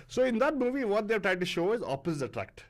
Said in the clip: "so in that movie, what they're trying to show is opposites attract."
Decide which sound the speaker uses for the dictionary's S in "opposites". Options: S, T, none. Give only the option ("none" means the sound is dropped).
none